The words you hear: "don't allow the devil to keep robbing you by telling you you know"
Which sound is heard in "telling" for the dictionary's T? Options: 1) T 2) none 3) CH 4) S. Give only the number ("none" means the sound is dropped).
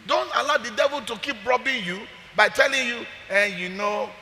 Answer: 1